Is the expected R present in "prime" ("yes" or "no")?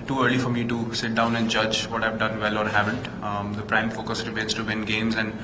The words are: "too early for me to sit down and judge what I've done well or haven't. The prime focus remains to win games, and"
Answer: yes